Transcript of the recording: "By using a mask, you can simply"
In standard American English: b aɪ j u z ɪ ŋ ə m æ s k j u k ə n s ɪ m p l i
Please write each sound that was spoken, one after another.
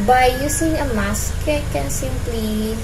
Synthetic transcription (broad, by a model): b aɪ j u s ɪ ŋ ə m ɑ s k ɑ k ə n s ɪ m p l i